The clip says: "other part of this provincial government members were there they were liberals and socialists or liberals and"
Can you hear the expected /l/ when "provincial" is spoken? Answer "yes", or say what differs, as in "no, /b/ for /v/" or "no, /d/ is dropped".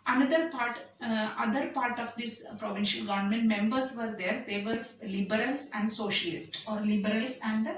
yes